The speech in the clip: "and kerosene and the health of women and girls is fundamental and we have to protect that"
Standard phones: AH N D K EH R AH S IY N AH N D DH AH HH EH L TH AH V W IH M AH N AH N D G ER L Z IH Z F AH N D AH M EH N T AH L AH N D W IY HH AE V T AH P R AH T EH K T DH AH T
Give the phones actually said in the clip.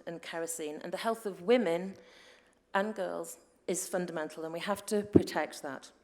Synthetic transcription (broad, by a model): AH N K EH R AH S IY N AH N DH AH HH EH L TH AH V W IH M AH N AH N G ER L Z IH Z F AH N D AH M EH N T L AH N W IY HH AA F T AH P R AH T EH K T DH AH T